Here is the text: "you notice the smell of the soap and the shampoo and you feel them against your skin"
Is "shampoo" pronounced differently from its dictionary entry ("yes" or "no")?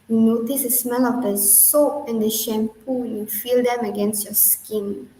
no